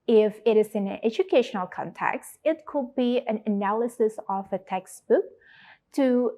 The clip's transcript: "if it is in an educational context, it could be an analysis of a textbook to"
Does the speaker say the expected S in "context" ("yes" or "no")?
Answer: yes